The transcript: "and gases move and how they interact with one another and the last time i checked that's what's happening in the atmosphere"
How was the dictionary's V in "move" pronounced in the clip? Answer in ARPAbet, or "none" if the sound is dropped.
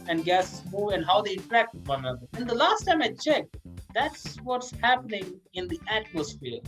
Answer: none